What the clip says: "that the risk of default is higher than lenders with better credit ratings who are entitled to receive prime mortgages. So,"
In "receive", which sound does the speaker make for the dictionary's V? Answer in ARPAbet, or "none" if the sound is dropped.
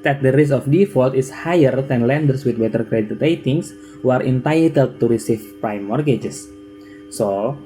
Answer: F